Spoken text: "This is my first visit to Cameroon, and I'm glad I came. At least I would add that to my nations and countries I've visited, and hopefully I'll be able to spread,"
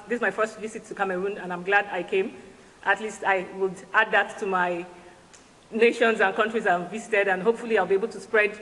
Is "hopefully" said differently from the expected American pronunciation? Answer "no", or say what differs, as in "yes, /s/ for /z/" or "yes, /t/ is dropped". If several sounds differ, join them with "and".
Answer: no